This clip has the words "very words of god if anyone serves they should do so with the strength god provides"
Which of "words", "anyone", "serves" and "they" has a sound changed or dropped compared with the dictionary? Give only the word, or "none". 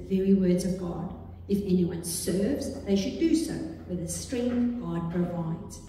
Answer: none